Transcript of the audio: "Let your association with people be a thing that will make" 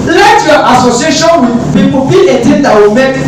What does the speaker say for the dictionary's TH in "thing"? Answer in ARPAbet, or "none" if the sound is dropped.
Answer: T